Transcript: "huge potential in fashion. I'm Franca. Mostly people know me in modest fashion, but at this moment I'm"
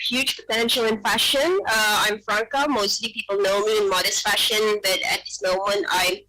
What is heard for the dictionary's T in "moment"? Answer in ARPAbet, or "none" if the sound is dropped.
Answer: T